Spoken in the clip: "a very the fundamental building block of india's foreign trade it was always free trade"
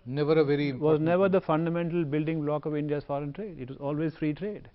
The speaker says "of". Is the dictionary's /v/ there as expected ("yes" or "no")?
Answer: yes